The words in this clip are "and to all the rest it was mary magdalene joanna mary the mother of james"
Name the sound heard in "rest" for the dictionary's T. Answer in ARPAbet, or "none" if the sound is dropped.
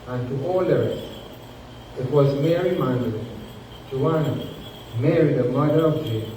none